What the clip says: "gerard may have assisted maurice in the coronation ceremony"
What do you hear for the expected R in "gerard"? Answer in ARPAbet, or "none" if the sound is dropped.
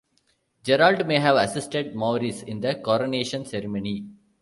L